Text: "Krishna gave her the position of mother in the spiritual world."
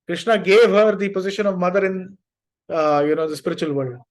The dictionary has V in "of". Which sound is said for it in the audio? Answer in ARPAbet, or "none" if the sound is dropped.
V